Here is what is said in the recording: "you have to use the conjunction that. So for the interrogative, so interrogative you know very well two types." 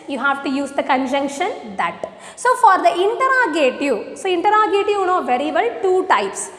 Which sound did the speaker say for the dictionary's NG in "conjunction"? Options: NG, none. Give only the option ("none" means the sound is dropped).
NG